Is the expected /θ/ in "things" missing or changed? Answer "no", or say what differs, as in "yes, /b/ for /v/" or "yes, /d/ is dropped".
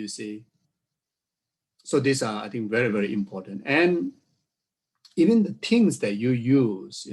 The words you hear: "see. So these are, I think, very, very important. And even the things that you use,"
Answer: yes, /t/ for /θ/